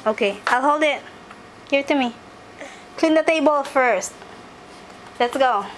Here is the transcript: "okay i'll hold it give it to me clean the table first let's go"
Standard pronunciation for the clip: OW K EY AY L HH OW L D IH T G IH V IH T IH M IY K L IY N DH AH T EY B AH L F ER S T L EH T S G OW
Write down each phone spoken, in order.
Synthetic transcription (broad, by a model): OW K EY AY L HH OW L D IH T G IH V IH T IH M IY K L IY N DH AH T EY B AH L F ER S T L EH T S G OW